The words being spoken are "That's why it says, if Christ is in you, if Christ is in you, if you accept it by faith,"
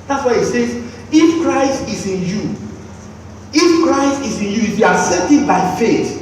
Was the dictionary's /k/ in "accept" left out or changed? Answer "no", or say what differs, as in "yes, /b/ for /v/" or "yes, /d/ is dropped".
yes, /k/ is dropped